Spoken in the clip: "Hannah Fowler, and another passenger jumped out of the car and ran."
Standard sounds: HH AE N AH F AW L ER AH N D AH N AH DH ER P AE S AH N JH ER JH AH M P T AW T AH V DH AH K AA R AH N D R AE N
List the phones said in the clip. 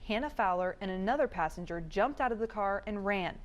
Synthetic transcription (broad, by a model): HH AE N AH F AW L ER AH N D AH N AH DH ER P AE S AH N JH ER JH AH M P T AW T AH V DH AH K AA R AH N R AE N